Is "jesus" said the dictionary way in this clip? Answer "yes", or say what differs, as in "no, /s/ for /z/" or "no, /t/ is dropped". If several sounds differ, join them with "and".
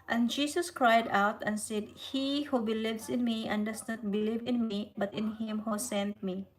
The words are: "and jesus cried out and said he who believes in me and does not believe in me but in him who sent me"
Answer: no, /s/ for /z/